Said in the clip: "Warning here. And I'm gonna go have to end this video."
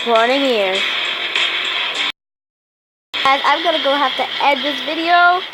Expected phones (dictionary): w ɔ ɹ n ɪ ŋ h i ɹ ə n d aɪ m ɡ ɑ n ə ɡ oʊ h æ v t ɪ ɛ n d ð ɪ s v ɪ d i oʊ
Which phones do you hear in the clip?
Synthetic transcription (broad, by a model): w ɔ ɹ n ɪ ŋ h i ɹ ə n aɪ m ɡ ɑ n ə ɡ oʊ h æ f t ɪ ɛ d ð ɪ s v ɪ d i oʊ